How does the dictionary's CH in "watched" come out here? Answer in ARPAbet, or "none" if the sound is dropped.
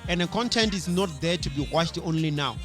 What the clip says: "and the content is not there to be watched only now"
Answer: SH